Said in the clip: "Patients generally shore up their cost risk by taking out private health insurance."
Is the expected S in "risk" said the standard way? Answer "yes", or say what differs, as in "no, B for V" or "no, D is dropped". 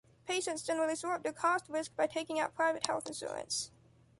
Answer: yes